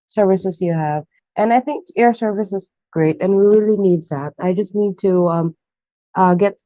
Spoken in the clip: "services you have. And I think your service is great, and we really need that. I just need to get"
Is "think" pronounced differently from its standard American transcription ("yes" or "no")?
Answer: no